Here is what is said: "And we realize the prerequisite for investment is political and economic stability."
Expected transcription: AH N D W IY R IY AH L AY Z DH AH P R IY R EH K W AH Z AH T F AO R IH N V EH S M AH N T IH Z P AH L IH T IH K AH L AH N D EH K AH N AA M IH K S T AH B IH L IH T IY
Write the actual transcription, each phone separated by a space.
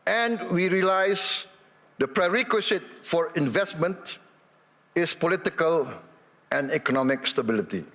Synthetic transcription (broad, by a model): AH N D W IY R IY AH L AY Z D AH P R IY R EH K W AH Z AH T F AO R IH N V EH S M AH N T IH S P AH L IH T IH K AH L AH N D EH K AH N AA M IH K S T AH B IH L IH T IY